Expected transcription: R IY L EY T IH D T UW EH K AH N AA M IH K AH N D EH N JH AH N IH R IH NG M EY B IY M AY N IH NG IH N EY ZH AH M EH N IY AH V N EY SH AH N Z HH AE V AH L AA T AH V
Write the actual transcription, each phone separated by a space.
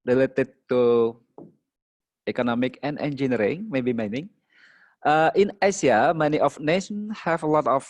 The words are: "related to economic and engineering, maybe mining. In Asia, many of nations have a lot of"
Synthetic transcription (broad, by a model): R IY L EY T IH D T UW EH K AH N AA M IH K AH N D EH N JH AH N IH R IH NG M EY B IY M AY N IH NG IH N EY S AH M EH N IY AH F N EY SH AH N HH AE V AH L AA T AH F